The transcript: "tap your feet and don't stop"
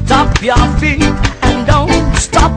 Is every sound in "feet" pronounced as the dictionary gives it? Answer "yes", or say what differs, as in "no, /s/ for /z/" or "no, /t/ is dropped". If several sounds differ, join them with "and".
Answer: no, /t/ is dropped